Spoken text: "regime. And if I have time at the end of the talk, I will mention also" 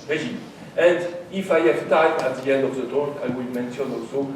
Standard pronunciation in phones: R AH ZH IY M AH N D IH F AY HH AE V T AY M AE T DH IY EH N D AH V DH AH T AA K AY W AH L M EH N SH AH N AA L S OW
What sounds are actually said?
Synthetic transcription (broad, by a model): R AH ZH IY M AH N D IH F AY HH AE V T AY M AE T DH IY EH N D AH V DH AH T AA AY W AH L M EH N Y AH N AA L S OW